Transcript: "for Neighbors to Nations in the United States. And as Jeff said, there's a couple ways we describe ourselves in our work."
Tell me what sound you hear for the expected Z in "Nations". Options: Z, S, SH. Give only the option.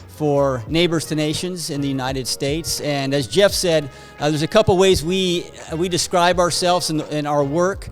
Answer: Z